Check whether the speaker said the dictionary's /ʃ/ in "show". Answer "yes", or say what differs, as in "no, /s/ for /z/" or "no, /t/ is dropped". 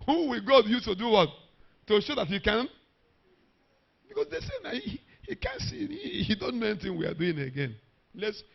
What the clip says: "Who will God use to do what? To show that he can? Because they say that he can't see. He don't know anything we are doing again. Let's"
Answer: yes